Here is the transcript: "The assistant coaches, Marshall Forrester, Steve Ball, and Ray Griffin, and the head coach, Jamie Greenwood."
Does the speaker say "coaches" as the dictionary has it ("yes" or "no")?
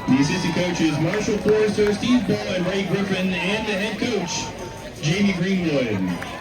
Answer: yes